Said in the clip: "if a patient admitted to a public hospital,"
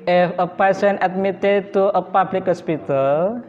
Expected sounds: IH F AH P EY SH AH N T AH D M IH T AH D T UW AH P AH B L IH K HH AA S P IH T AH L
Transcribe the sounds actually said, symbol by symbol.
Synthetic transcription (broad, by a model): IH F AH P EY S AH N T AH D M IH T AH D T UW AH P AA B L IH K HH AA S P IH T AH L